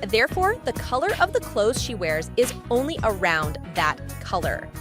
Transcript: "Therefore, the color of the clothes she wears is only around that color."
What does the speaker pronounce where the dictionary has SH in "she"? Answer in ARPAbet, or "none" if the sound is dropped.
SH